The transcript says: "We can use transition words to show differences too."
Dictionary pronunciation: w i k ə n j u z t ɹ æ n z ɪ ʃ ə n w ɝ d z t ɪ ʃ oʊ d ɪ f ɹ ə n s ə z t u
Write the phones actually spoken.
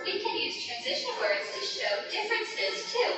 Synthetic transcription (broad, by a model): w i k ə n j u z t ɹ æ n z ɪ ʃ ə n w ɝ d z t ɪ ʃ oʊ d ɪ f ɹ ə n s ə z t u